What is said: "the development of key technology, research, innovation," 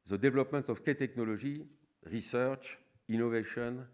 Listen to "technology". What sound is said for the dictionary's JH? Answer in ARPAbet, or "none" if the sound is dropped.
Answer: ZH